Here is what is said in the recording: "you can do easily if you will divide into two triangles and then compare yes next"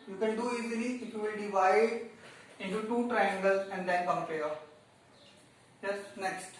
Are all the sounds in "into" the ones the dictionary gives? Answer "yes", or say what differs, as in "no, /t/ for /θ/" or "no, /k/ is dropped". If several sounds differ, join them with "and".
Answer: yes